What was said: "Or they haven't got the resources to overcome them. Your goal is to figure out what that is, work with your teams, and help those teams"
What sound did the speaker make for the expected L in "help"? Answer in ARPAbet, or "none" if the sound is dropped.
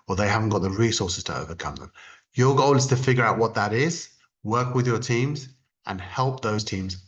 L